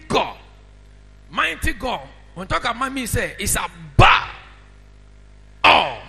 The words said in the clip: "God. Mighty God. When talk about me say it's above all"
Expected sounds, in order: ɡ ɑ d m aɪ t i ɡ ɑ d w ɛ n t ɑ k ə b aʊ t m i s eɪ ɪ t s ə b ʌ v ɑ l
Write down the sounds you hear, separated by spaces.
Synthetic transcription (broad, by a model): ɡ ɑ m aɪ t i ɡ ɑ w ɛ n t ɑ k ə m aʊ m i s eɪ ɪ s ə b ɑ ɑ